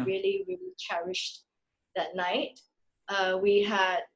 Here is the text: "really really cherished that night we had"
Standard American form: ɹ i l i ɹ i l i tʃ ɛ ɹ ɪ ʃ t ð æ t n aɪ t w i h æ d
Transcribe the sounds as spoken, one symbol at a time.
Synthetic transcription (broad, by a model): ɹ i l i ɹ i l i tʃ ɛ ɹ ɪ ʃ t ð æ t n aɪ t w i h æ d